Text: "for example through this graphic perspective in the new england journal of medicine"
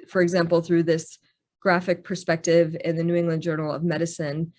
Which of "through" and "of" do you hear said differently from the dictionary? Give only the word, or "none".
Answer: none